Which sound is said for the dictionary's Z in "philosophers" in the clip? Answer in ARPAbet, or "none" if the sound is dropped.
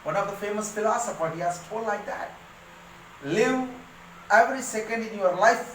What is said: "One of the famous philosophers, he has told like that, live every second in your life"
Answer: none